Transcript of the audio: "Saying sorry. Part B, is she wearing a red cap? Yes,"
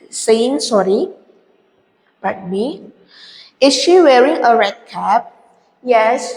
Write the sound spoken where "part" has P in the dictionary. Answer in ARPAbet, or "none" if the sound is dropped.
B